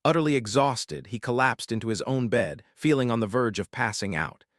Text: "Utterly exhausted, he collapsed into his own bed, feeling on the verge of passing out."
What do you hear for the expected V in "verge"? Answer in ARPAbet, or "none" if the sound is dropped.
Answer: V